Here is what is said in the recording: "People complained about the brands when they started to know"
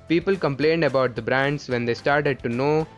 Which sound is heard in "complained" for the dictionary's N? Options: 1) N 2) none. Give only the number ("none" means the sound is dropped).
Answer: 1